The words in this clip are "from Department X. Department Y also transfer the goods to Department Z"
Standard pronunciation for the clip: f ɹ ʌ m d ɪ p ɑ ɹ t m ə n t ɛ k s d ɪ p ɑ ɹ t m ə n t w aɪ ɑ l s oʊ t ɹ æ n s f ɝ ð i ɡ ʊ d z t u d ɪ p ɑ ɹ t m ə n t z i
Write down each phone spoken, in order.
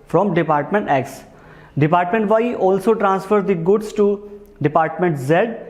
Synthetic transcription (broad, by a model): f ɹ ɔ m d ɪ p ɑ ɹ t m ə n t ɛ k s d ɪ p ɑ ɹ t m ə n t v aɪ ɑ l s oʊ t ɹ æ n s f ɝ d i ɡ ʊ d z t u d ɪ p ɑ ɹ t m ə n t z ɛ